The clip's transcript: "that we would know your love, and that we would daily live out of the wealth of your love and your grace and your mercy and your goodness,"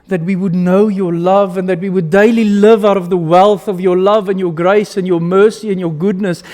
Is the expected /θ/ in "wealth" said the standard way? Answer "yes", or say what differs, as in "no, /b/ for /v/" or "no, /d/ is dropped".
yes